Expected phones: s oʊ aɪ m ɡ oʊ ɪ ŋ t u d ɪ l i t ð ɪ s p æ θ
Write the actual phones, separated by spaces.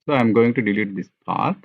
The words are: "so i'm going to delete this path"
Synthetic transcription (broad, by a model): s oʊ aɪ m ɡ oʊ ɪ ŋ t u d ɪ l i t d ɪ s p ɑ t